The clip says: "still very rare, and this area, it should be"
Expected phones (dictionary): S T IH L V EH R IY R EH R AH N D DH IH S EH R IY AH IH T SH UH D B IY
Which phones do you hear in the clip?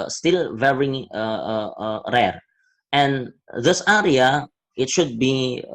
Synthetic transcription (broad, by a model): S T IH L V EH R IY R EH R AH N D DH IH S EH R IY AH IH T SH UH D B IY